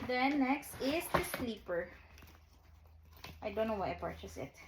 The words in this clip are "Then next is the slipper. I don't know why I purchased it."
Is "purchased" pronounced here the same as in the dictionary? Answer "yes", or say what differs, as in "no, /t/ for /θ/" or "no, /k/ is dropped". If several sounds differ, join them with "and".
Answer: no, /t/ is dropped